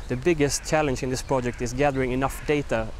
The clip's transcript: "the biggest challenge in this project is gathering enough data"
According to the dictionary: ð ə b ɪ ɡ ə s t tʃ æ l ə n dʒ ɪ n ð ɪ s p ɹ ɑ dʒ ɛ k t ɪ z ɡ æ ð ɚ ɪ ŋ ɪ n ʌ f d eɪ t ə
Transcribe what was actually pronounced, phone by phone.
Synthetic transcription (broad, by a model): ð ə b ɪ ɡ ə s t tʃ æ l ə n dʒ ɪ n ð ɪ s p ɹ ɑ dʒ ɛ k t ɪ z ɡ æ ð ɚ ɪ ŋ ɪ n ʌ f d eɪ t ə